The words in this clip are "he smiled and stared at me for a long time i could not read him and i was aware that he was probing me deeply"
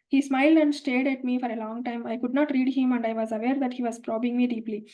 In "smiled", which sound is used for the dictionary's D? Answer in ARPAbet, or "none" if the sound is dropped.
D